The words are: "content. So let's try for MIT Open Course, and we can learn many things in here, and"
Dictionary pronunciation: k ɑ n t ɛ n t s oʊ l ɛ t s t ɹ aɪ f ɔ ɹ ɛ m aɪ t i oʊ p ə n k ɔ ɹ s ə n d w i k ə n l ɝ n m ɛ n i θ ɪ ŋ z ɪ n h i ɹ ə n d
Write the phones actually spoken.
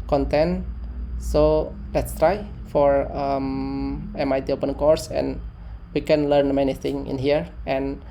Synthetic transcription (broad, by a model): k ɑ n t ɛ n s oʊ l ɛ t s t ɹ aɪ f ɔ ɹ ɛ m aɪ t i oʊ p ə n k ɔ ɹ s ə n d w i k ə n l ɝ n m ɛ n i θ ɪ ŋ ɪ n h i ɹ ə n